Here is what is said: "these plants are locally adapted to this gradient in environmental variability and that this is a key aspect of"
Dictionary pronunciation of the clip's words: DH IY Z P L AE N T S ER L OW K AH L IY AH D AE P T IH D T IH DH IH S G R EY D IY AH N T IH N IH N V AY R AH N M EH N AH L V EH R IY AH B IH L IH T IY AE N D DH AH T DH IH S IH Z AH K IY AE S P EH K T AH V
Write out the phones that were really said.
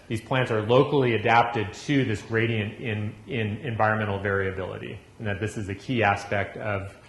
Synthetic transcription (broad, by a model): DH IY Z P L AE N T S ER L OW K L IY AH D AE P T IH D T IH DH IH S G R EY D IY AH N T IH N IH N V AY R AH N M EH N L V EH R IY AH B IH L IH T IY N DH AH T DH IH S IH Z AH K IY AE S P EH K T AH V